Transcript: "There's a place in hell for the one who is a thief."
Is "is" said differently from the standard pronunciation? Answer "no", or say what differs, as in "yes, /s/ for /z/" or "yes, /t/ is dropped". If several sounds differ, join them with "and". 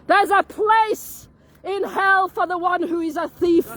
no